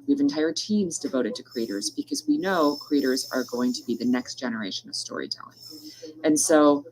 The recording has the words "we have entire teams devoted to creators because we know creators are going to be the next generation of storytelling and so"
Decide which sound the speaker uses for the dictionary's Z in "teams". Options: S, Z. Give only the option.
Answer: Z